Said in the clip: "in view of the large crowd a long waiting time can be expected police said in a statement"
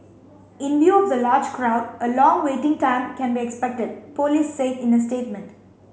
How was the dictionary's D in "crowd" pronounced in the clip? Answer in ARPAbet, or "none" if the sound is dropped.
D